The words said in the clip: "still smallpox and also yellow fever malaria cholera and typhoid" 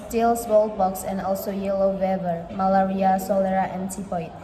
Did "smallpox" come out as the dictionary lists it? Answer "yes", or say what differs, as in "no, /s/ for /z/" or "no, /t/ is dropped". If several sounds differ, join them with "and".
no, /b/ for /p/